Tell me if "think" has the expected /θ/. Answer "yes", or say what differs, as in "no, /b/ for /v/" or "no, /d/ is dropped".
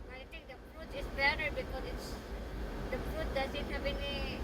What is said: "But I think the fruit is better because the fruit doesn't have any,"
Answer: no, /t/ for /θ/